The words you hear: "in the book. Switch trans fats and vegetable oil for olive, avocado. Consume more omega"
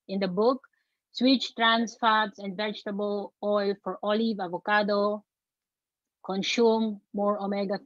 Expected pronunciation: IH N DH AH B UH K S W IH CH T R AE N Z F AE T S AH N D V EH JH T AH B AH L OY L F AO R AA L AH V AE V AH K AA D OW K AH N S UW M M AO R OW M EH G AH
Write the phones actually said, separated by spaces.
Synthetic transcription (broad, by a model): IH N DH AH B UH K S W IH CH T R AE N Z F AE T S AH N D V EH JH T AH B AH L OY L F AO R AA L AH V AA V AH K AA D OW K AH N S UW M M AO R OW M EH G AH